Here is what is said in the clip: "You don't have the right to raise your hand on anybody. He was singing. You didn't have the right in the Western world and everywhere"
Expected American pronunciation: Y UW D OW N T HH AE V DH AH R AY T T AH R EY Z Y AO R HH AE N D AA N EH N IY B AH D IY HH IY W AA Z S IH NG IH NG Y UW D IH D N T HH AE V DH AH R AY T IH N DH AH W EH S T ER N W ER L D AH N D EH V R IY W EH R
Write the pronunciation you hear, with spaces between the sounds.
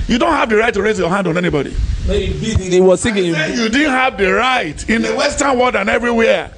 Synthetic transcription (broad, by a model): Y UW D OW N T HH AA V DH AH R AY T T AH R EY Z Y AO HH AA N D AA N EH N IY B AH D IY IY W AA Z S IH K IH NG Y UW D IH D N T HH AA V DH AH R AY T IH N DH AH W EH S T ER N W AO D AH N EH V R IY W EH